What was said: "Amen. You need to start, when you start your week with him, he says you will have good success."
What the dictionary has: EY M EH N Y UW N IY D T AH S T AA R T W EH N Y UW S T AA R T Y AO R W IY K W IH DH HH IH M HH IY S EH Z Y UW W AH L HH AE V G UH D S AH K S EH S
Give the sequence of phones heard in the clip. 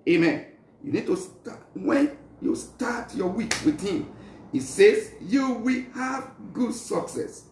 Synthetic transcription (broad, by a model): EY M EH N Y UW N IY D T AH S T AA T W EH N Y UW S T AA T Y AO W IY K W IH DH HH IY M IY S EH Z Y UW W AH L HH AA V G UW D S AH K S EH S